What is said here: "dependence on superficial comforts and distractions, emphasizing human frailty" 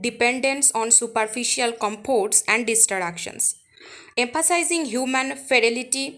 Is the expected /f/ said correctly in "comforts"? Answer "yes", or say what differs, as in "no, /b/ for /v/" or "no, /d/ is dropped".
no, /p/ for /f/